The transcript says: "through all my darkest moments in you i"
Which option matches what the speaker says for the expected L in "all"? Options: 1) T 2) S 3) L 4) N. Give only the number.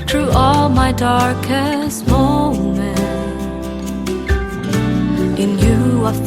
3